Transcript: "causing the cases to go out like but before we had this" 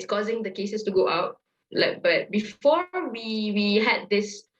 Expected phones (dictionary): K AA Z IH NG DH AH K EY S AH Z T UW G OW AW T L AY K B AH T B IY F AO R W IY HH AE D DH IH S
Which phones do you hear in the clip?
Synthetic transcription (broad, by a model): K AA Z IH NG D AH K EY S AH S T UW G OW AW T L AY K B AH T B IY F AO W W IY HH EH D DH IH S